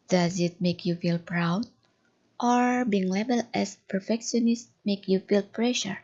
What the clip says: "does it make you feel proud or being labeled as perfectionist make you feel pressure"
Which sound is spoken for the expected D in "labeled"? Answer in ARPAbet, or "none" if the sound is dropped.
none